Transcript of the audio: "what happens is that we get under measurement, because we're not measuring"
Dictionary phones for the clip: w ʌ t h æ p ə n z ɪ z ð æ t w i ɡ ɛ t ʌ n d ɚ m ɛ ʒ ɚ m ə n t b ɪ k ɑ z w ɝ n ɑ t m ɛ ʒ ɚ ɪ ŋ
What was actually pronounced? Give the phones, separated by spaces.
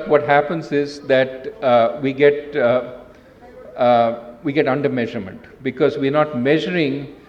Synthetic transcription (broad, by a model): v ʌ t h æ p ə n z ɪ z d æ t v i ɡ ɛ t ʌ n d ɚ m ɛ ʒ ɚ m ə n t b ɪ k ɑ z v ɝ n ɑ t m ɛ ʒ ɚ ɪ ŋ